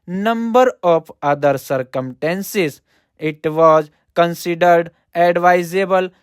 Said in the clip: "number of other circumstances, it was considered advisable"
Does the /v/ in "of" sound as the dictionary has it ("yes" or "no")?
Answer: no